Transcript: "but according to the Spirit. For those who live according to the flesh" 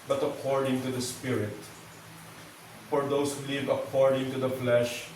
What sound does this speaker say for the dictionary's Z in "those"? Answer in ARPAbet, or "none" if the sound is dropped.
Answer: S